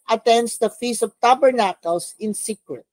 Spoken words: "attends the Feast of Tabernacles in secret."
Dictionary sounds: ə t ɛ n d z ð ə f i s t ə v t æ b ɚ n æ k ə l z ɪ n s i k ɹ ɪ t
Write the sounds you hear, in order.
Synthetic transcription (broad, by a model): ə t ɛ n d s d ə f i s ə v t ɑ b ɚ n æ k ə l s ɪ n s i k ɹ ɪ t